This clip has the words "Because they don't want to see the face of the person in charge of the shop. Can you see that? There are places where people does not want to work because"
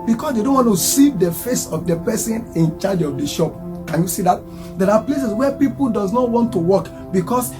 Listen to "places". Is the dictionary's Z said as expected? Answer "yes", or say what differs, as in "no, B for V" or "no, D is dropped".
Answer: no, S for Z